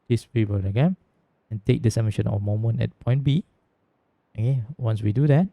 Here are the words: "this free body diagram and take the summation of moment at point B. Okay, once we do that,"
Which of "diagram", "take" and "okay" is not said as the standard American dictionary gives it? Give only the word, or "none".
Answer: diagram